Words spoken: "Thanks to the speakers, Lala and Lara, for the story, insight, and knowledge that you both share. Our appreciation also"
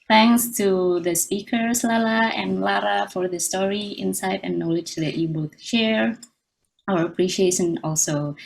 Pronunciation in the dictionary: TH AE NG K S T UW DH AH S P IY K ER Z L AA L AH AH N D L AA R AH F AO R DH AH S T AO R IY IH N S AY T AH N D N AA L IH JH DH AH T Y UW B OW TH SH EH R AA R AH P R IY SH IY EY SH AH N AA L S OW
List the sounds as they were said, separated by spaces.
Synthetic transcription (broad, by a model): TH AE NG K S T UW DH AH S P IY K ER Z L AA L AH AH N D L AA R AH F AO R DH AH S T AO R IY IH N S AY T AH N N AA L IH JH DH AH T Y UW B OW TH SH EH R AA R AH P R IY SH IY EY SH AH N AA L S OW